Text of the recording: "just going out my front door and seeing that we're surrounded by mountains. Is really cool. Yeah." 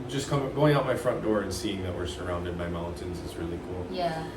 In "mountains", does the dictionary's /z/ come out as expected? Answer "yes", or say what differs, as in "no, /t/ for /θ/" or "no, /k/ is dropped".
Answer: yes